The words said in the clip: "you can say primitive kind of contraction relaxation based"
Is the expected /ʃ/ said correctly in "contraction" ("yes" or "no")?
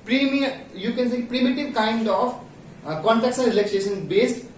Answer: no